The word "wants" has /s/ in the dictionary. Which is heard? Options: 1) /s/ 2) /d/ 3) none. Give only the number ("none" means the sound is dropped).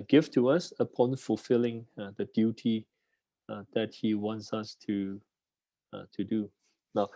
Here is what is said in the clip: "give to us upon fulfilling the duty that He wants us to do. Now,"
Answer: 1